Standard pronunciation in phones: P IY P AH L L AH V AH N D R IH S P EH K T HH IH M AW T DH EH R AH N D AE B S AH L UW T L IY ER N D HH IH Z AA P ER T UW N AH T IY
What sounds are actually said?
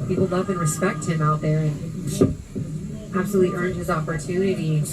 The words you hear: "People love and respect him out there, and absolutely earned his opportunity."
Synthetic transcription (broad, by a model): P IY P L L AH V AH N R IH S P EH K T HH IH M AW T DH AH R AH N AE B S AH L UW T L IY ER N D HH IH Z AA P ER T UW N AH T IY